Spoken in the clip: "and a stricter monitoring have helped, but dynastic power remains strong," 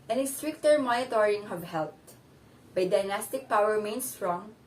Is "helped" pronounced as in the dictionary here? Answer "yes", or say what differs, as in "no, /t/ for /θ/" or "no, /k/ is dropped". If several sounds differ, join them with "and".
no, /p/ is dropped